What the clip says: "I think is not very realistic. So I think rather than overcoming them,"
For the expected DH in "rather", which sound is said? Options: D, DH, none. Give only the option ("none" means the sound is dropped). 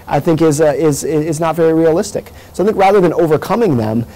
DH